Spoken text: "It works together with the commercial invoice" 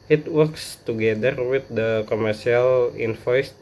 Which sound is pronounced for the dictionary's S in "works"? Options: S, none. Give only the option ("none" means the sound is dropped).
S